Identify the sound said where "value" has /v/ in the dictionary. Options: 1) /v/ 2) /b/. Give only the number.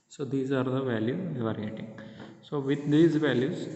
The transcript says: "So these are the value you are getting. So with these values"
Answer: 1